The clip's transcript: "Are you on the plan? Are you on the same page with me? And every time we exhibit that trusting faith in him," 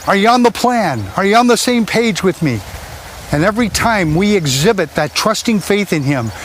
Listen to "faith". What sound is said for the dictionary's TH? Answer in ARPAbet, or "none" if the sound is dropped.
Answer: TH